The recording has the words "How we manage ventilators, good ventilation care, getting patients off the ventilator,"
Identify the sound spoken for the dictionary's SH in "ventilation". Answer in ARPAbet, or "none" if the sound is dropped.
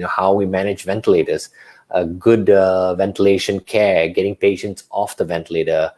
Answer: SH